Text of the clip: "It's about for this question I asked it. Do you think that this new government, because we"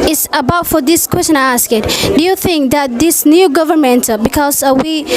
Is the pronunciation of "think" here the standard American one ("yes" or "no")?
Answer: yes